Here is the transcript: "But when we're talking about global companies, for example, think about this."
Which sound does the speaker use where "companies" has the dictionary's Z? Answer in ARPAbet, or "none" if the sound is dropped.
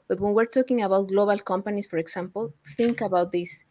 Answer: S